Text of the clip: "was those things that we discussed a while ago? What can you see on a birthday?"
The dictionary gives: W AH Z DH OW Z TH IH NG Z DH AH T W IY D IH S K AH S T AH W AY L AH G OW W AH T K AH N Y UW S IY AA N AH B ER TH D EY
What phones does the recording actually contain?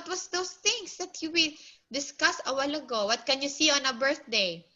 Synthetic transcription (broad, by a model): W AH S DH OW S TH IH NG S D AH T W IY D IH S K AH S AH W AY L AH G OW W AH T K AH N Y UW S IY AA N AH B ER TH D EY